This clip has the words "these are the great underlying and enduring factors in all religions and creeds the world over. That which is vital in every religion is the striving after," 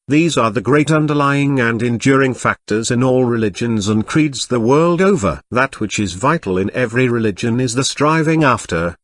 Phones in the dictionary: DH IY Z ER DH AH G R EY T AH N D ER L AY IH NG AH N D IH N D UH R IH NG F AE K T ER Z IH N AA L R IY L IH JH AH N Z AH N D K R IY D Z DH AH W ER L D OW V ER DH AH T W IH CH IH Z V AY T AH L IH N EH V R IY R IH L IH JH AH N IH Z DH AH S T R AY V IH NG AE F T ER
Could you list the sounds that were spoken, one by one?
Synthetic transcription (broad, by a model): DH IY Z ER DH AH G R EY T AH N D ER L AY IH NG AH N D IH N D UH R IH NG F AE K T ER Z IH N AA L R IY L IH JH AH N Z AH N K R IY D Z DH AH W ER L D OW V ER DH AH T W IH CH IH Z V AY T L IH N EH V R IY R IH L IH JH AH N IH Z DH AH S T R AY V IH NG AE F T ER